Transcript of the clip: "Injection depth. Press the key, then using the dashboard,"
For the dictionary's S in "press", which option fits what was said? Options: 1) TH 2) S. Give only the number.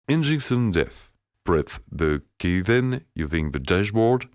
1